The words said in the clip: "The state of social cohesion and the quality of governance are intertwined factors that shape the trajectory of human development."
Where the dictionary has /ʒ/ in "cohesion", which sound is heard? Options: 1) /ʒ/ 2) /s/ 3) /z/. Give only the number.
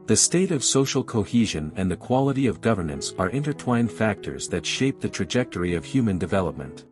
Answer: 1